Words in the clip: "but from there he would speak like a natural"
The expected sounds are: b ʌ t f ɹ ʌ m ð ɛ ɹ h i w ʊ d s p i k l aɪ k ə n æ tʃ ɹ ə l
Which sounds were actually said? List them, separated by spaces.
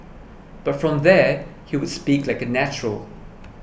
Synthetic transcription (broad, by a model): b ʌ t f ɹ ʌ m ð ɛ h i w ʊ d s p i k l aɪ k ə n æ tʃ ɹ ə l